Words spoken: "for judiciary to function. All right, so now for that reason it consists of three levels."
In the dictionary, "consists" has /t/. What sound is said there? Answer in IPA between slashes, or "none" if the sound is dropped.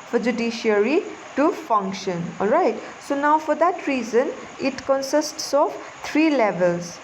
/t/